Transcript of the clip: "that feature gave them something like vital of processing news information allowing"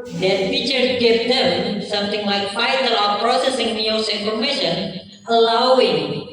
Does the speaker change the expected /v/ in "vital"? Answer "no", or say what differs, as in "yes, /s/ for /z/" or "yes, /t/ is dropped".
yes, /f/ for /v/